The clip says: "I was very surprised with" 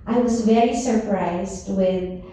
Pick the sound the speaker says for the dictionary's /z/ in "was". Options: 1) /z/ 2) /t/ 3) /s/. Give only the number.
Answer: 1